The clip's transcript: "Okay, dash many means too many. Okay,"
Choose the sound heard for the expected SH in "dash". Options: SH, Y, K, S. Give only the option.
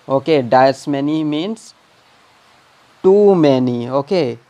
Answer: S